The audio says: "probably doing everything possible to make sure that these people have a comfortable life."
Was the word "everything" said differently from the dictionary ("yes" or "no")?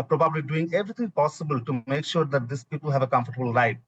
yes